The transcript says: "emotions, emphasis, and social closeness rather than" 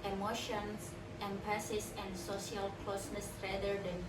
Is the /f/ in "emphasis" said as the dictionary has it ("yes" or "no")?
no